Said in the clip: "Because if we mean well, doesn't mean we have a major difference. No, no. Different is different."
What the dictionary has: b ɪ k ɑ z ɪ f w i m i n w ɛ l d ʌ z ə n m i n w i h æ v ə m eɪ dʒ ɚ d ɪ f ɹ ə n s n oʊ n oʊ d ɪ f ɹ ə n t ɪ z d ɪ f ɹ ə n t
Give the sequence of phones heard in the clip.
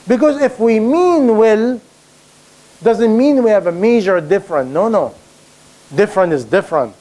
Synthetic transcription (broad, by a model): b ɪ k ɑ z ɪ f w i m i n w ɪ l d ʌ z ə n m i n w i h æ v ə m eɪ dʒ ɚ d ɪ f ɹ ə n n oʊ n oʊ d ɪ f ɹ ə n t ɪ z d ɪ f ɹ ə n t